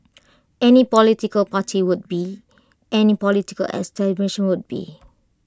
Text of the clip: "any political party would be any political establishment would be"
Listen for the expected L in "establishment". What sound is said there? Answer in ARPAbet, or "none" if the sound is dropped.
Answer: N